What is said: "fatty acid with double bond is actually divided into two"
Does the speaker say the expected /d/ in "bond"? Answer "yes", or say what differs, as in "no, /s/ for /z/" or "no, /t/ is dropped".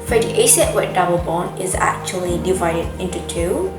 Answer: no, /d/ is dropped